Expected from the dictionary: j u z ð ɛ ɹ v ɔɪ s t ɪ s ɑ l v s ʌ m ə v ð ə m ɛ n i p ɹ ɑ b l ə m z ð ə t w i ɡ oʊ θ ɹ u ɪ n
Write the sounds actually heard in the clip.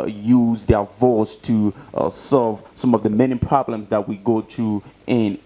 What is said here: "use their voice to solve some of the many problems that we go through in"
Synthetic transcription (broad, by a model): j u z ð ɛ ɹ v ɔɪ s t ɪ s ɑ l v s ʌ m ə v ð ə m ɛ n i p ɹ ɑ b l ə m z ð ə t w i ɡ oʊ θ ɹ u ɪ n